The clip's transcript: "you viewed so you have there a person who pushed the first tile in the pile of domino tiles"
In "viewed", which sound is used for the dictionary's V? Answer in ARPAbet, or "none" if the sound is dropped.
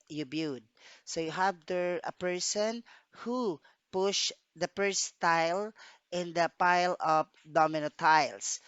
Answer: B